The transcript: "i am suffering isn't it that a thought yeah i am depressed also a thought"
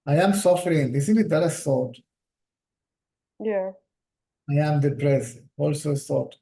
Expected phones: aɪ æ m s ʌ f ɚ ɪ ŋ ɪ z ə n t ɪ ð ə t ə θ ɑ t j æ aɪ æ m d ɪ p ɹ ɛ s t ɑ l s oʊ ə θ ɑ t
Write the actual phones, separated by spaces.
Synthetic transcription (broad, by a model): aɪ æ m s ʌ f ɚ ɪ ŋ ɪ s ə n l ɪ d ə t ə s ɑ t j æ aɪ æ m d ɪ p ɹ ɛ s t ɑ l s oʊ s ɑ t